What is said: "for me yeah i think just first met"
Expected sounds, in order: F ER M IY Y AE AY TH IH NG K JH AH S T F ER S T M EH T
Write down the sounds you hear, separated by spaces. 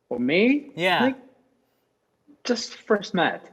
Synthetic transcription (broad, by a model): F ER M IY Y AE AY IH K JH AH S T F ER S T M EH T